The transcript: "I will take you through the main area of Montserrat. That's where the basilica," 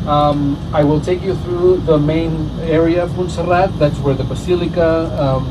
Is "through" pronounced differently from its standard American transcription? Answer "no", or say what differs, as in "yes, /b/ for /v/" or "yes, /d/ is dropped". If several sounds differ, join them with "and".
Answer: no